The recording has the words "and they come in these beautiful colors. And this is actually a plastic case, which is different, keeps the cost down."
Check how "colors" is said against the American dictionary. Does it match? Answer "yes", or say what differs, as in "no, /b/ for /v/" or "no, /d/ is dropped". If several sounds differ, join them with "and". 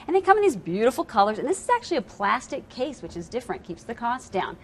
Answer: yes